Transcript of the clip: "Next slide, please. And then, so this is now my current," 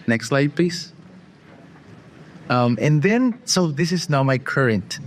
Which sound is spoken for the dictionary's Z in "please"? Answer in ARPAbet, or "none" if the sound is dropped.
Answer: S